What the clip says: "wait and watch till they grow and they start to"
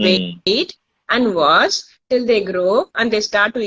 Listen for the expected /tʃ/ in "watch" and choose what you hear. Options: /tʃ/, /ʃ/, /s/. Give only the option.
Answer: /s/